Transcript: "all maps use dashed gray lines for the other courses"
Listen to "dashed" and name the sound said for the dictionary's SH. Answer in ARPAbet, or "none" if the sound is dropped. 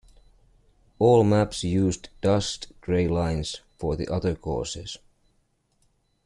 S